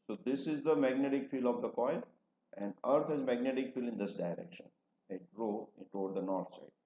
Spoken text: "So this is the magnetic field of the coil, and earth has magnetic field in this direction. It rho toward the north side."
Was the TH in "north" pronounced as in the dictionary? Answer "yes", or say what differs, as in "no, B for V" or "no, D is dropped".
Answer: no, T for TH